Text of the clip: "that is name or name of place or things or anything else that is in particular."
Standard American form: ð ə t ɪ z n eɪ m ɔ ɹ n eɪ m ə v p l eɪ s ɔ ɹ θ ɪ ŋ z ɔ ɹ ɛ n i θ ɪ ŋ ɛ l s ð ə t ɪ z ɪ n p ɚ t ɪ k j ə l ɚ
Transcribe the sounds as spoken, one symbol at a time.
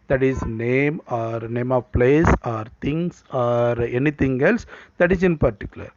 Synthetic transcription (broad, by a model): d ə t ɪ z n eɪ m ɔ ɹ n eɪ m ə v p l eɪ s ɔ ɹ t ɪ ŋ s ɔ ɹ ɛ n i t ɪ ŋ ɛ l s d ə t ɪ s ɪ n p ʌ t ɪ k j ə l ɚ